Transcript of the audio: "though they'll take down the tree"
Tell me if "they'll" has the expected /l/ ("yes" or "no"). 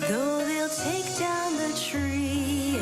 yes